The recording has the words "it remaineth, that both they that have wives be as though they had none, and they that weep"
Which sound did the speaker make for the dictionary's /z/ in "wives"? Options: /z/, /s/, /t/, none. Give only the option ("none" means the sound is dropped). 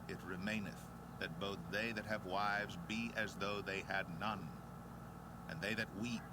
/z/